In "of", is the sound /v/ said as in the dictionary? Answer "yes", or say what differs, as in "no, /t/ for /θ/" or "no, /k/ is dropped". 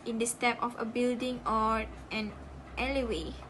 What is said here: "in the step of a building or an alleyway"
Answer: no, /f/ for /v/